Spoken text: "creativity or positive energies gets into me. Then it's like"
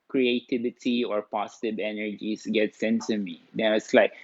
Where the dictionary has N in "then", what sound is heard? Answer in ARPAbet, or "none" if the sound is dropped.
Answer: none